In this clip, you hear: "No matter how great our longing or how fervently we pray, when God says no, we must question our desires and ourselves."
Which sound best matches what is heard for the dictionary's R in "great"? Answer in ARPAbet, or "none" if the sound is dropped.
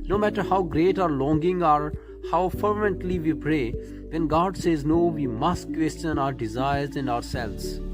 R